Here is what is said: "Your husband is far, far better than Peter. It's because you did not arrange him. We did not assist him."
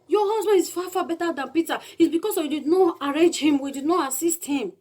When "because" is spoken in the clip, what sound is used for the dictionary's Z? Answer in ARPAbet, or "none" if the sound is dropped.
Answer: S